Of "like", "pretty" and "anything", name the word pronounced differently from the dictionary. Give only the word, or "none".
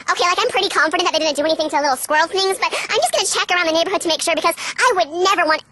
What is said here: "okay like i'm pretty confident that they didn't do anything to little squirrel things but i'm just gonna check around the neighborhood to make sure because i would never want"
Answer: none